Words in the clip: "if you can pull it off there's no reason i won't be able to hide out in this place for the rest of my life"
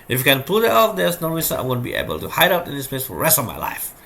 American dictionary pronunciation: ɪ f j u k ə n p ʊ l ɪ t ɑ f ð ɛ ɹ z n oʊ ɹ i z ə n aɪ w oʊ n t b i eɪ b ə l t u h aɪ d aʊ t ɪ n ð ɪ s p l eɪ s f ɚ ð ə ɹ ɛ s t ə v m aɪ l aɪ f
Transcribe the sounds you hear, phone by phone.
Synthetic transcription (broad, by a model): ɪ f j u k ə n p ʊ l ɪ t ɑ f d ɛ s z n oʊ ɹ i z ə aɪ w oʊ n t b i eɪ b ə l t u h aɪ d aʊ t ɪ n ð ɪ s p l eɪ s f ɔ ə ɹ ɛ s t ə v m aɪ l aɪ f